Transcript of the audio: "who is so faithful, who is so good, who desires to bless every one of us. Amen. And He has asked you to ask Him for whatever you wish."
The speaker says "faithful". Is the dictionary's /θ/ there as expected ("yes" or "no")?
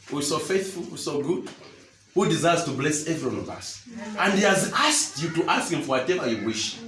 yes